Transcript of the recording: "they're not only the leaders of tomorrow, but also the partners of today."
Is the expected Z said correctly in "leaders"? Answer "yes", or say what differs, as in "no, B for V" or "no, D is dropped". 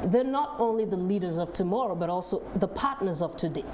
yes